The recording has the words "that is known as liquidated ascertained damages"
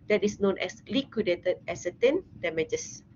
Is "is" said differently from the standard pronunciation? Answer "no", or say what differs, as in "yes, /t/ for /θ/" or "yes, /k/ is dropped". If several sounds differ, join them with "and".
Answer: yes, /s/ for /z/